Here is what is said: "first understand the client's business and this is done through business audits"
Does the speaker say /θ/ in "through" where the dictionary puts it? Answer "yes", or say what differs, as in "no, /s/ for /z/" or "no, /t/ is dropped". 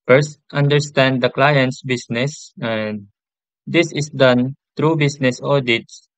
no, /t/ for /θ/